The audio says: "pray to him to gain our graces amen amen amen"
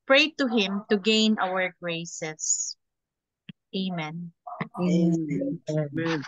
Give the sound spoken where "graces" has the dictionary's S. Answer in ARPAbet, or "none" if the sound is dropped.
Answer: none